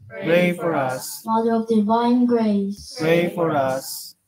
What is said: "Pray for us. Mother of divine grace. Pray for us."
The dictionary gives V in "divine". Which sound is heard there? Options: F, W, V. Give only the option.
V